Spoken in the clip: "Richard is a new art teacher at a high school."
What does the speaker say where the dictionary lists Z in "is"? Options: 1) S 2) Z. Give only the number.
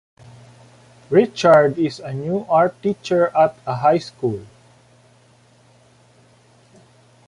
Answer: 1